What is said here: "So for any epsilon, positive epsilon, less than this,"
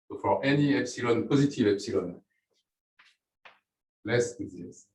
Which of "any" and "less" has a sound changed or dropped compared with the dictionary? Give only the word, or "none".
none